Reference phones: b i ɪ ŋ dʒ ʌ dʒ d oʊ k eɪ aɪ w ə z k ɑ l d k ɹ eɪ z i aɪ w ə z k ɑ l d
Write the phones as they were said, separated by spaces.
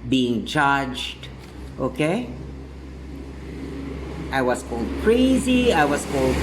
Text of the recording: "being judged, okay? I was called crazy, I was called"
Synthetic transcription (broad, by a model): b i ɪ ŋ tʃ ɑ dʒ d oʊ k eɪ aɪ w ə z k ɑ l d k ɹ eɪ z i aɪ w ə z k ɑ l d